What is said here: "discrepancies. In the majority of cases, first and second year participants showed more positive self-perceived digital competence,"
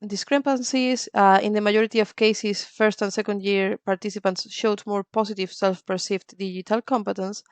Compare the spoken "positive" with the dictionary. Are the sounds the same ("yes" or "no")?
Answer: no